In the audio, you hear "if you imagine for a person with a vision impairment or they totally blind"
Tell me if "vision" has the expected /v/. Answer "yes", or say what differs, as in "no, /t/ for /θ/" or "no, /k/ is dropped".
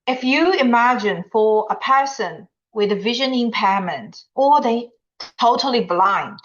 yes